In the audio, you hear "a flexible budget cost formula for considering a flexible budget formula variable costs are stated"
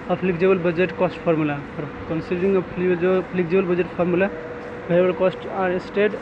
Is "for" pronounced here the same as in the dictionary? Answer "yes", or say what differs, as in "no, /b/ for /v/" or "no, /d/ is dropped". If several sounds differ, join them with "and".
no, /p/ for /f/